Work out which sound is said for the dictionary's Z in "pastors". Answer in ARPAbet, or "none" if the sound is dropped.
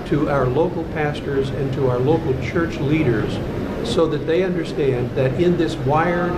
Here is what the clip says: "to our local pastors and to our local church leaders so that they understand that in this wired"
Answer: Z